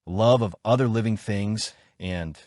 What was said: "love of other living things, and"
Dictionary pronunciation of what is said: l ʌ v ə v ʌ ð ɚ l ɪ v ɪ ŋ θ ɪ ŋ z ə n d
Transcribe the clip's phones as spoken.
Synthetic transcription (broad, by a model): l ʌ v ə v ʌ ð ɚ l ɪ v ɪ ŋ θ ɪ ŋ z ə n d